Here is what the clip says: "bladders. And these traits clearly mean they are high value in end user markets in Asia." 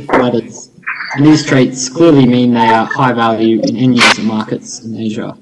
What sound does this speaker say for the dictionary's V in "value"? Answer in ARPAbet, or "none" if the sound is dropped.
V